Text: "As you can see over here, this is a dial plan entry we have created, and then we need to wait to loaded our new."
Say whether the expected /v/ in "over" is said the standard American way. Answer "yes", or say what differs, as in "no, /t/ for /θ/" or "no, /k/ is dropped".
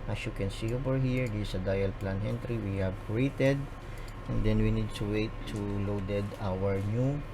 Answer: no, /p/ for /v/